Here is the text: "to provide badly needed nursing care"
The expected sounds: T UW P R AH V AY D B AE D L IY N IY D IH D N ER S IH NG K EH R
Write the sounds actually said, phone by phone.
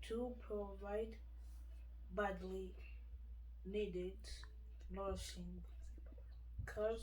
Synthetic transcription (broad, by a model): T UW P R AH V AY D B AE D L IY N IY D IH D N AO SH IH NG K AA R